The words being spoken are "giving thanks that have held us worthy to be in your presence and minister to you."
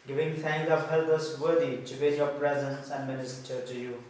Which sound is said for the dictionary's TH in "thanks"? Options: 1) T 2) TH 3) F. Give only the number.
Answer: 1